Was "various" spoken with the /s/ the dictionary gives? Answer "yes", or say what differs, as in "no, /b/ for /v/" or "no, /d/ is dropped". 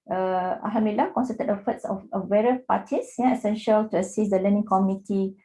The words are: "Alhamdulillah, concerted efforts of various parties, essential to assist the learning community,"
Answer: no, /s/ is dropped